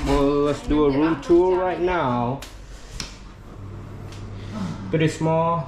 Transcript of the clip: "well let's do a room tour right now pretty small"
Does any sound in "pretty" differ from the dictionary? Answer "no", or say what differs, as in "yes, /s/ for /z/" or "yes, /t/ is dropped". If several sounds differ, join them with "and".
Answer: yes, /ɹ/ is dropped